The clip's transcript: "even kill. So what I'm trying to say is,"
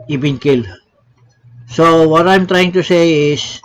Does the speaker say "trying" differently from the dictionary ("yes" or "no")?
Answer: no